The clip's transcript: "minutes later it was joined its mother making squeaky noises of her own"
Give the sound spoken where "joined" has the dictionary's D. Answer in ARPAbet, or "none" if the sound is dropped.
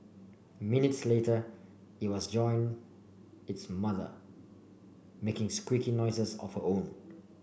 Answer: none